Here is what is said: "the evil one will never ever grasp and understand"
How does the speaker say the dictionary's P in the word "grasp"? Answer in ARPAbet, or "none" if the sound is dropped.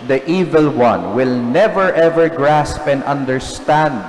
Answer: P